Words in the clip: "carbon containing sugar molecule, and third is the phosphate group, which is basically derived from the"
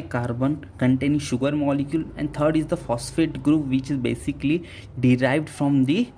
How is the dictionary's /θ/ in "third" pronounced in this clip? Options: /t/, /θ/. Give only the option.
/t/